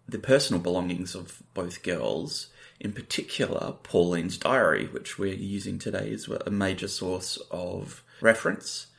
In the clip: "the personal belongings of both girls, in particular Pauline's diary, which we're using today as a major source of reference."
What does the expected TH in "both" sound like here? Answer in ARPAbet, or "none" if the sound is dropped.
TH